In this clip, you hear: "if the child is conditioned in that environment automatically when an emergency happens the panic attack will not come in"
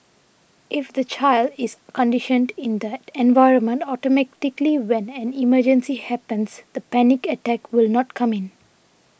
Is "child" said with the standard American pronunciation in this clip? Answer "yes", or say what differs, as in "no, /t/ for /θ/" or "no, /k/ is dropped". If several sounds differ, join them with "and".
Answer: yes